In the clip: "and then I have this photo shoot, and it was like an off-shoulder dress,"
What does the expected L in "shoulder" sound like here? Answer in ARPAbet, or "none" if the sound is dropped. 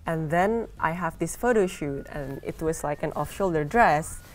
L